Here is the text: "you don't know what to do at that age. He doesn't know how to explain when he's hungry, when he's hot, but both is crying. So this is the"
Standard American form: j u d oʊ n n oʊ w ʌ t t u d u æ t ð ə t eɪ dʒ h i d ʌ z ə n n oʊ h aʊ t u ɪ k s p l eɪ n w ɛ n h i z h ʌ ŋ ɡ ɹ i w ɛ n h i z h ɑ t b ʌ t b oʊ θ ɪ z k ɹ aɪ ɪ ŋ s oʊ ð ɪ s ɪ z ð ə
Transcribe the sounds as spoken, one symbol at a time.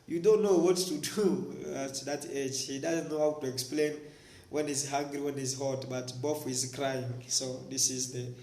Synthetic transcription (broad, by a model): j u d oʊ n n oʊ w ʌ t t u d u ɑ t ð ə t eɪ dʒ h i d ʌ z ə n n oʊ h aʊ t u ɪ k s p l eɪ n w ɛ n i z h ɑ ŋ ɡ ɹ i w ɛ n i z h ɑ t b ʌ t b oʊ f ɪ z k ɹ aɪ ɪ ŋ s oʊ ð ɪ s ɪ z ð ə